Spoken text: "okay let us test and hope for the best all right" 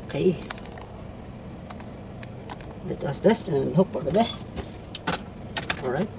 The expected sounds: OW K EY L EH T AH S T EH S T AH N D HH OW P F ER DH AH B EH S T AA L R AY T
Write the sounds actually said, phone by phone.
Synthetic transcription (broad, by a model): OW K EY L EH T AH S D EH S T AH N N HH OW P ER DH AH B EH S T AA L R AY T